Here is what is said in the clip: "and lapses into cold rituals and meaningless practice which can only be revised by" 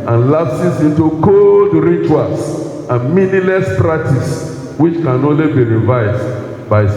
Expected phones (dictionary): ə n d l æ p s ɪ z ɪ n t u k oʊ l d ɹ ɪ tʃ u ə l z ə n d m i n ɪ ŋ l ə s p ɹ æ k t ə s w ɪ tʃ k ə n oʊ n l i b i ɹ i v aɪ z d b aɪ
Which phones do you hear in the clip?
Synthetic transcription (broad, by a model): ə n l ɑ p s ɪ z ɪ n t u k oʊ l d ɹ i tʃ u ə l s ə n m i n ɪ l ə s p ɹ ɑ k t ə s w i tʃ k ə n oʊ n l i b i ɹ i v aɪ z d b aɪ